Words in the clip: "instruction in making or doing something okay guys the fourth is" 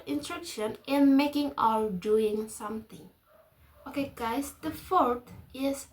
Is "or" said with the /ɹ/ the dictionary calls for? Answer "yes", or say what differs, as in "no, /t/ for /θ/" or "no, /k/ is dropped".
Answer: no, /l/ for /ɹ/